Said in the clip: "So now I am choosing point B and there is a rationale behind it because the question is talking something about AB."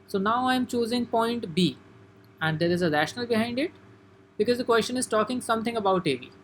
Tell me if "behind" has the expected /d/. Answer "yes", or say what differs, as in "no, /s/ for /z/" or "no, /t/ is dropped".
yes